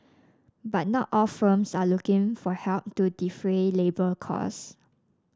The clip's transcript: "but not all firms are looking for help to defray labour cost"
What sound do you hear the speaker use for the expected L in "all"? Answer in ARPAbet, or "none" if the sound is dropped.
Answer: L